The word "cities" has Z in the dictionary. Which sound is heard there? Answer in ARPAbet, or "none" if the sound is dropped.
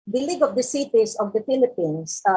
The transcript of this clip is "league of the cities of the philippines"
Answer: S